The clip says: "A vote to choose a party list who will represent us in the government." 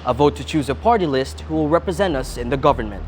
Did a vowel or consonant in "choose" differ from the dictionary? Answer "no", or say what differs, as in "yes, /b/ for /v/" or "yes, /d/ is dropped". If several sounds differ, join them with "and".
no